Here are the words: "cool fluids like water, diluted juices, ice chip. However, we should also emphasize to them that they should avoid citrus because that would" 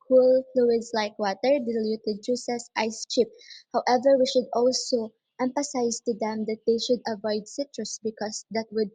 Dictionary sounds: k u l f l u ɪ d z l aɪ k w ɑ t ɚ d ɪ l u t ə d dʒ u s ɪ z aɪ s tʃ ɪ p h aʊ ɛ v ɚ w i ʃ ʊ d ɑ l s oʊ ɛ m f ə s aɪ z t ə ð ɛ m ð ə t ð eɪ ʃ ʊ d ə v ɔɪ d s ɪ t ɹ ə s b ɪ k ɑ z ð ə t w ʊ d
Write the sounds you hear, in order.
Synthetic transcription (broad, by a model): k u l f l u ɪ d s l aɪ k w ɑ t ɚ d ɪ l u t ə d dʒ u s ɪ s aɪ s tʃ ɪ p h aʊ ɛ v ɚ w i ʃ ʊ d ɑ l s oʊ ɛ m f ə s aɪ s t ə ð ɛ m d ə t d eɪ ʃ ʊ d ə v ɔɪ d s ɪ t ɹ ə s b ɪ k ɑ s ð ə t w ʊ d